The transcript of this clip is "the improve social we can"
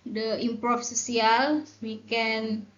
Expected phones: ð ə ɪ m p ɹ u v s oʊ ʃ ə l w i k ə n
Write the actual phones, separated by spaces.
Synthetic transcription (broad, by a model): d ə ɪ m p ɹ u f s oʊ s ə l w i k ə n